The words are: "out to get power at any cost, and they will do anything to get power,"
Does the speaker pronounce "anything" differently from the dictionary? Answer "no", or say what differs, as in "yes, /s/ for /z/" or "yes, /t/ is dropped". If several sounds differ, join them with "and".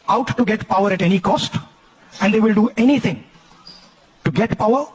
yes, /t/ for /θ/